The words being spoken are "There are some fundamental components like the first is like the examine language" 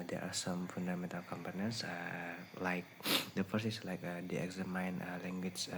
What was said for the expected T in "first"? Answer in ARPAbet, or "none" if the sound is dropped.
none